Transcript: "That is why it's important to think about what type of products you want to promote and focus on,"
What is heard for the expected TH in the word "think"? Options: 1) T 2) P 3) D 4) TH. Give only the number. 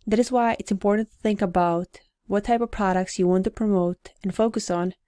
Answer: 4